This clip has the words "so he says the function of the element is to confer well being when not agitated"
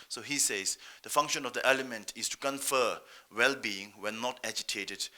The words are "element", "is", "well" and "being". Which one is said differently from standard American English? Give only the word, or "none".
is